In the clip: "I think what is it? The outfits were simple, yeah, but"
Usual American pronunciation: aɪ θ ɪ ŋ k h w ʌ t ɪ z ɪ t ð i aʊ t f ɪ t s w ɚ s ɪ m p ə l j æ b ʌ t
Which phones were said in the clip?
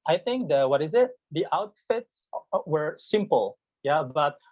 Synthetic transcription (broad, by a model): aɪ θ ɪ ŋ k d w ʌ t ɪ z ɪ t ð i aʊ t f ɪ t s w ɚ s ɪ m p ə l j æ b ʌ t